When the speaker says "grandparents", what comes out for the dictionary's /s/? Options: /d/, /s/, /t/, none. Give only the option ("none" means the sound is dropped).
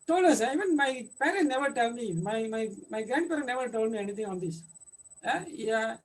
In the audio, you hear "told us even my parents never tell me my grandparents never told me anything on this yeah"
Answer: none